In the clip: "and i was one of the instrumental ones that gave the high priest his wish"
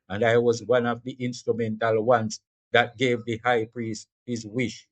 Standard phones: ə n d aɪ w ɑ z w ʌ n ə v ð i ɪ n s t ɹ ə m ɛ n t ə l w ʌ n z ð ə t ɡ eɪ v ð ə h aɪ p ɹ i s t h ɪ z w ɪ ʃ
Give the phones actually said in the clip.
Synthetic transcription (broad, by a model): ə n d aɪ w ɑ z w ʌ n ə v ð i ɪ n s t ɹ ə m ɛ n t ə l w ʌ n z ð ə t ɡ eɪ v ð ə h aɪ p ɹ i s t h ɪ z w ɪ ʃ